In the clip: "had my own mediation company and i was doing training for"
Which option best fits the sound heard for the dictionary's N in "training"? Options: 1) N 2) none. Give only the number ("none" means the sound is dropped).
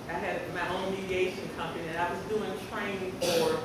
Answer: 2